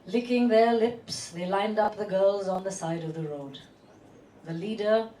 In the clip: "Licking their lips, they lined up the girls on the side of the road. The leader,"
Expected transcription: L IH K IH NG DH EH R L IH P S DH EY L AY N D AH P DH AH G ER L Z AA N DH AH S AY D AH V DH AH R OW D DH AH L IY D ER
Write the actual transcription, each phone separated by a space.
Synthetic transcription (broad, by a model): L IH K IH NG DH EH R L IH P S DH EY L AY N D AH P DH AH G ER L Z N DH AH S AY D AH V DH AH R OW D DH AH L IY D ER